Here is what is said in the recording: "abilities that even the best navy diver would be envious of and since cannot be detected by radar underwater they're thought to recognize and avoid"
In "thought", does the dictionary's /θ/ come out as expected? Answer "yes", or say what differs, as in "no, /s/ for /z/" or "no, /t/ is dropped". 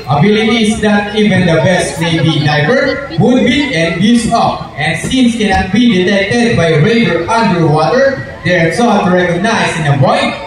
no, /s/ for /θ/